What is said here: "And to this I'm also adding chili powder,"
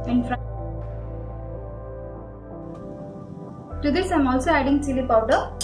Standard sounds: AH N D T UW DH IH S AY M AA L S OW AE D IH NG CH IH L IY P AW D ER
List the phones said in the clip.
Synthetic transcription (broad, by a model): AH N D T UW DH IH S AY M AA L S OW AE D IH NG S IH L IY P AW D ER